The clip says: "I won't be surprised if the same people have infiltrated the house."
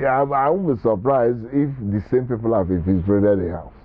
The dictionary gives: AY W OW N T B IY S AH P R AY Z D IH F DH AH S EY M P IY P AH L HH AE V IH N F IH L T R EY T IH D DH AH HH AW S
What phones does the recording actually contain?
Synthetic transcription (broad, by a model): AY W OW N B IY S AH P R AY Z IH F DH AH S EY M P IY P AH L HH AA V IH F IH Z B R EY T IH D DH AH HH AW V